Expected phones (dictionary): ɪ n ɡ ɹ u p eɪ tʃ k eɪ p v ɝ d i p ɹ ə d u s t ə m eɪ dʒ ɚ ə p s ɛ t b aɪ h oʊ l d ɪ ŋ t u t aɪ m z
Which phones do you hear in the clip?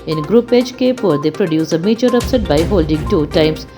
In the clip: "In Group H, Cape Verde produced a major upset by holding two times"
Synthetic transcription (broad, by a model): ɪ n ɡ ɹ u p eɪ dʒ k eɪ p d d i p ɹ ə d u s ə m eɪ tʃ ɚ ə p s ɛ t b aɪ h oʊ l d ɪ ŋ t u t aɪ m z